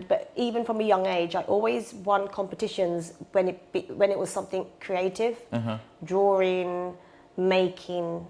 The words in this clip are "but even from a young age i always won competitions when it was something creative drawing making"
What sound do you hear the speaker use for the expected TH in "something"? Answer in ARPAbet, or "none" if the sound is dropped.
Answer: TH